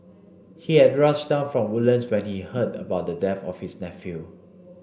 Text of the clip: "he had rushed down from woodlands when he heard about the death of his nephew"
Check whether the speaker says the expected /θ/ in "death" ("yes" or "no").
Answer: no